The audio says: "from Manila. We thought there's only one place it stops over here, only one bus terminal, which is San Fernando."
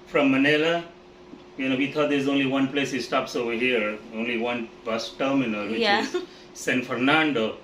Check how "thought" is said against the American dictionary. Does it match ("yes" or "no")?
no